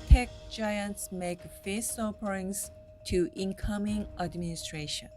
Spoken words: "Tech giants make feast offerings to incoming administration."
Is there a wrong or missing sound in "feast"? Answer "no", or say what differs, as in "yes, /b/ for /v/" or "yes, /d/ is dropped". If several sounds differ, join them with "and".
yes, /t/ is dropped